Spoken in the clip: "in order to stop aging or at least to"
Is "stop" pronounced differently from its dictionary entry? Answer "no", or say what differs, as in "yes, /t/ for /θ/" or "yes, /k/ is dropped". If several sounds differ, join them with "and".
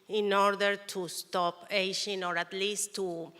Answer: no